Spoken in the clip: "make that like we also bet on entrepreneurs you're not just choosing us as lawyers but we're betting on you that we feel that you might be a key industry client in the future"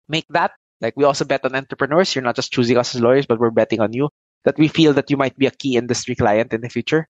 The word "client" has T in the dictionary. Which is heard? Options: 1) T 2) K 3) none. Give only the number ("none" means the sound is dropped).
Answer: 1